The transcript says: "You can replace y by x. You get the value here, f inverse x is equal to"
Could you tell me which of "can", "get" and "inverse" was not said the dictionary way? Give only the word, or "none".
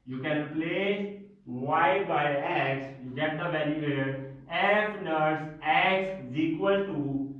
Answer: inverse